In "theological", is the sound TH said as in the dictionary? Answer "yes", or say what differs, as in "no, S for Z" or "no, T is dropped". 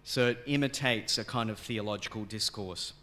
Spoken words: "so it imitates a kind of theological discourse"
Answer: yes